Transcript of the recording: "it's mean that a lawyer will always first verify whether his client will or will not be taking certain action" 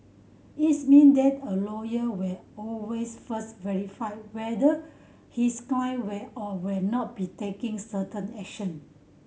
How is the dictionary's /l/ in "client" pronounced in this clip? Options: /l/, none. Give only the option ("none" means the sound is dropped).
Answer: none